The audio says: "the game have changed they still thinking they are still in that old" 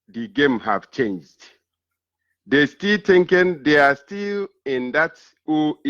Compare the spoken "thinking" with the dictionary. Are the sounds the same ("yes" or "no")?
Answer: no